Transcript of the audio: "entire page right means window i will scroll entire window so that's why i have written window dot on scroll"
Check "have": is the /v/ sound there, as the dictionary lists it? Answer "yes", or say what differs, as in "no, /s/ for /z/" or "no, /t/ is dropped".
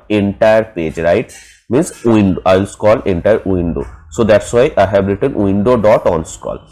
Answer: no, /b/ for /v/